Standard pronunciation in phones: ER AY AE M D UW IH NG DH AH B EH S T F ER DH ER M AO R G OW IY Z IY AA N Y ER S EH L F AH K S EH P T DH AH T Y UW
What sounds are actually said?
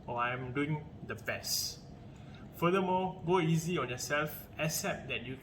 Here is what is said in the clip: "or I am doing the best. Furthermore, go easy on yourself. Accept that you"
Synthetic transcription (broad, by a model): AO AY M D UW IH NG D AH B EH S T F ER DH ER M AO G OW IY Z IY AA N Y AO S EH L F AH S EH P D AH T Y UW